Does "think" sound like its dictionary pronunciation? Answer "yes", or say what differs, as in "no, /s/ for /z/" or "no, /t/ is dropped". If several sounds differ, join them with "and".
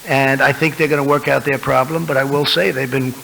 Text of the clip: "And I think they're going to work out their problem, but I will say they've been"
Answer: yes